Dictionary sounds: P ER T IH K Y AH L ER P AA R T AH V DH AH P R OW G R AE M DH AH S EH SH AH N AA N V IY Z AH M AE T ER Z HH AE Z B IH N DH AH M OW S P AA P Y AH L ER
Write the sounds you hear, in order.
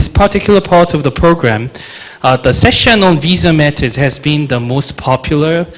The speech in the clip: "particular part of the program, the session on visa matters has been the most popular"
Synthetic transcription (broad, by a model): P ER T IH K Y L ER P AA R T AH V DH AH P R OW G R AE M DH AH S EH SH AH N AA N V IY Z AH M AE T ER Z HH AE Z B IH N DH AH M OW S P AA P Y L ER